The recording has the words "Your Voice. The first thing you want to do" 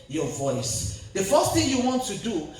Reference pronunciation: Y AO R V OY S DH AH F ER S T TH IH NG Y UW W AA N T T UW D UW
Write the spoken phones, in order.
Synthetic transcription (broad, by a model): Y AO V OY S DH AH F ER S T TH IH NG Y UW W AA N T T UW D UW